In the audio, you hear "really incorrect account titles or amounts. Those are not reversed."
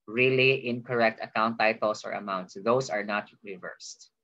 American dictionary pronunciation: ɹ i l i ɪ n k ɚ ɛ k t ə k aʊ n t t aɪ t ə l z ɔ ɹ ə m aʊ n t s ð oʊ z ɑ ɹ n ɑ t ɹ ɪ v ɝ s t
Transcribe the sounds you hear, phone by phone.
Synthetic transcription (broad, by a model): ɹ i l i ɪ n k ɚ ɛ k t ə k aʊ n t t aɪ t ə l s ɔ ɹ ə m aʊ n t s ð oʊ s ɑ ɹ n ɑ t ɹ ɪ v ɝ s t